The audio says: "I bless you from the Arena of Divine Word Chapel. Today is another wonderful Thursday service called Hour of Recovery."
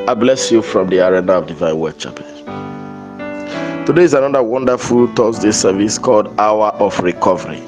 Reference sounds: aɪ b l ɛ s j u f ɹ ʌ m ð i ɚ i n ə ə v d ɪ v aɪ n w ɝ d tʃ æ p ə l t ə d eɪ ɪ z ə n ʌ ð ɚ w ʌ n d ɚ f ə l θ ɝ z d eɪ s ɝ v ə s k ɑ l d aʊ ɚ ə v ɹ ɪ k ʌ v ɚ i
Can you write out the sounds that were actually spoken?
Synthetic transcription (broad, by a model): aɪ b l ɛ s j u f ɹ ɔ m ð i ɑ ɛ n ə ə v d ɪ v aɪ n w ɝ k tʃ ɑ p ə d t ə d eɪ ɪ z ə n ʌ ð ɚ w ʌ n d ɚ f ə l t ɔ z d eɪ s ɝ v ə s k ɑ l d aʊ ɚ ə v ɹ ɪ k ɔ v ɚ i